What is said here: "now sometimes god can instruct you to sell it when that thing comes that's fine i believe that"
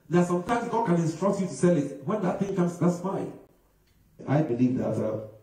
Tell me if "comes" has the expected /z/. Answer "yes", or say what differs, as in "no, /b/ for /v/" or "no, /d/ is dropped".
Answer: no, /s/ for /z/